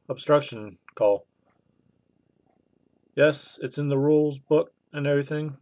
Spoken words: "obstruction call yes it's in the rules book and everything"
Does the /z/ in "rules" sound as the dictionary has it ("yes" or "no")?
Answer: yes